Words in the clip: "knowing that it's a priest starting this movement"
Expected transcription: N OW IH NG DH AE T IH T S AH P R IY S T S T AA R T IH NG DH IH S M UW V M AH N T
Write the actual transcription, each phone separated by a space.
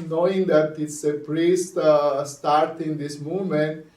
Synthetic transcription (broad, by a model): N OW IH NG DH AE T IH T S AH P R IY S T S T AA R T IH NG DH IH S M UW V M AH N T